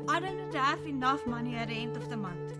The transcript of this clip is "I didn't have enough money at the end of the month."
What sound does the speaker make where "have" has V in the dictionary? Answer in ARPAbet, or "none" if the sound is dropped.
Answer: F